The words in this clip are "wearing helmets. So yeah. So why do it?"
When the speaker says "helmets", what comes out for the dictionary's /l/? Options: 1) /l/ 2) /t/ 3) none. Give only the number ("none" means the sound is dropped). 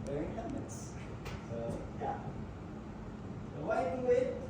3